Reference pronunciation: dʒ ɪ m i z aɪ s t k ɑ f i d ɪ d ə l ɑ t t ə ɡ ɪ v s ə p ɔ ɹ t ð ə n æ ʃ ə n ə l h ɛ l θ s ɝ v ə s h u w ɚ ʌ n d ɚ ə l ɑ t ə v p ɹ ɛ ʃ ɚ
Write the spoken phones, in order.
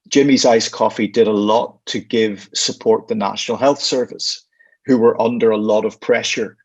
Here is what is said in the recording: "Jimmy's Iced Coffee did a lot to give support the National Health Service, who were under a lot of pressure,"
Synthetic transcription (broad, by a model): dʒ ɪ m i z aɪ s k ɑ f i d ɪ d ə l ɑ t t ə ɡ ɪ v s ə p ɔ ɹ t ð ə n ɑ ʃ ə n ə l h ɛ l θ s ɝ v ə s h u w ɚ ʌ n d ɚ ə l ɑ t ə v p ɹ ɛ ʃ ɚ